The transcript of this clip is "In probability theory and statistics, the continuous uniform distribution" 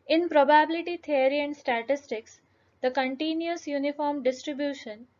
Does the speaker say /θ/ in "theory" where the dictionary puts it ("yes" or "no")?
no